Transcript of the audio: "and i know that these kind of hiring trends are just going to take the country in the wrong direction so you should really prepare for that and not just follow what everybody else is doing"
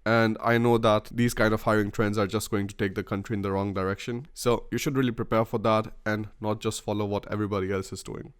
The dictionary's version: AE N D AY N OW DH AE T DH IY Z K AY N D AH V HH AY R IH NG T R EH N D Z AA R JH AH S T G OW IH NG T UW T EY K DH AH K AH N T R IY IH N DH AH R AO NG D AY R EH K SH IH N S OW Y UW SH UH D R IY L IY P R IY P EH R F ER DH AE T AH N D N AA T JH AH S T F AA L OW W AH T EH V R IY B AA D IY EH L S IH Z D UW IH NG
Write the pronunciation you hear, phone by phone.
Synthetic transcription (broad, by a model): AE N D AY N OW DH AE T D IY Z K AY N D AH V HH AY R IH NG T R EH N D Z AA R JH AH S T G OW IH NG T UW T EY K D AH K AH N T R IY IH N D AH R AO NG D AY R EH K SH IH N S OW Y UW SH UH D R IY L IY P R IY P EH R F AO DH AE T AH N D N AA T JH AH S T F AA L OW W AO T EH V R IY B AA D IY EH L S IH Z D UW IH NG